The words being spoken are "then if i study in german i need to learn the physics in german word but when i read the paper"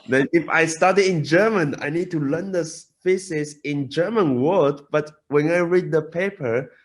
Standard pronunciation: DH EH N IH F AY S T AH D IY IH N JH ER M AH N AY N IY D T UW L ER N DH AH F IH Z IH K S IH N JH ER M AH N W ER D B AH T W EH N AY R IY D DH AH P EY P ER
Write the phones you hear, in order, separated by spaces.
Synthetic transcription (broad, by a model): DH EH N IH F AY S T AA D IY IH N JH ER M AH N AY N IY D T UW L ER N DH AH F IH S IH S IH N JH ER M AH N W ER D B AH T W EH N AY R IY D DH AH P EY P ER